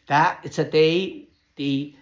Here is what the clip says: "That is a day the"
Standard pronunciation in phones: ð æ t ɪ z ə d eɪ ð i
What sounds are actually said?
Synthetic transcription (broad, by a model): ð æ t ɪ s ə d eɪ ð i